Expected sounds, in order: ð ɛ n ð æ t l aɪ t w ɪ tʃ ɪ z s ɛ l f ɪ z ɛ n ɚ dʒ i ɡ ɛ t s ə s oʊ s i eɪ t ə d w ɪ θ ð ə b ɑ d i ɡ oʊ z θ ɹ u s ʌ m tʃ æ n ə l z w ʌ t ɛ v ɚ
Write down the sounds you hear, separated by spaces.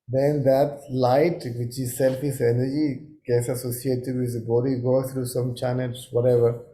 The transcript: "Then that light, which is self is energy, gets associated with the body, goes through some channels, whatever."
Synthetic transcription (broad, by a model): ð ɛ n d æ t l aɪ t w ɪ tʃ ɪ z s ɛ l f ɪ s ɛ n ɚ dʒ i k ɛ s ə s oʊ s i eɪ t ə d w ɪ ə b ɑ d i ɡ oʊ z t ɹ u s ʌ m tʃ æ n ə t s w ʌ t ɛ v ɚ